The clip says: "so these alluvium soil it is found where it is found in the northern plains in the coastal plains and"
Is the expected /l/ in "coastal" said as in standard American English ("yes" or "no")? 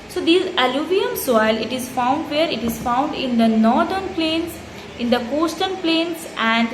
no